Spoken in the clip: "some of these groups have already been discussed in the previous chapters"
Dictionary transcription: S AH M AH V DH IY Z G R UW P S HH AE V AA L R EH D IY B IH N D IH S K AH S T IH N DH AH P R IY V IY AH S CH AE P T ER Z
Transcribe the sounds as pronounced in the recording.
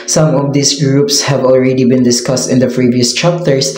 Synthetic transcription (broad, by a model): S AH M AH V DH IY S G R UW P S HH AE V AA L R EH D IY B IH N D IH S K AH S T IH N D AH P R IY V IY AH S CH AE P T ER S